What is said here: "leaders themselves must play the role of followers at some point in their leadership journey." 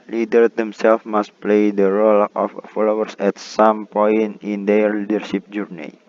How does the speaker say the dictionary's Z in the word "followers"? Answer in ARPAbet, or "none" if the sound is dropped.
S